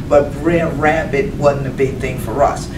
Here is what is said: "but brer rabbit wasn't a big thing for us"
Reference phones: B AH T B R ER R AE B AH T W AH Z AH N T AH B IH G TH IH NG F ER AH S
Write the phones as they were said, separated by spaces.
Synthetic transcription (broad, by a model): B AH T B R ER R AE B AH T W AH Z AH N AH B IH G TH IH NG F ER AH S